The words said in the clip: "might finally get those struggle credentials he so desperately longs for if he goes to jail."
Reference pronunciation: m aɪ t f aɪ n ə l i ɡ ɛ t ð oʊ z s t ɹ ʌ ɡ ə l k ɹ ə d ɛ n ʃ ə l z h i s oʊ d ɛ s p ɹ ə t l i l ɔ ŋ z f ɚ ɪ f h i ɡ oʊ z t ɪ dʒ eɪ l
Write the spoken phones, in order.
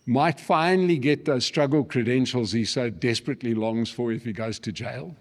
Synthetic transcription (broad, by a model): m aɪ t f aɪ n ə l i ɡ ɛ t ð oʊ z s t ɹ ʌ ɡ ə l k ɹ ə d ɛ n ʃ ə l z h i s oʊ d ɛ s p ɹ ə t l i l ɔ ŋ z f ɚ ɪ f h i ɡ oʊ z t ɪ dʒ eɪ l